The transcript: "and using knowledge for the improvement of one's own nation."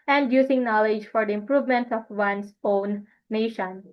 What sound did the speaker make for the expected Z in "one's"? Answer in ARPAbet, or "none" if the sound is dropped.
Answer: S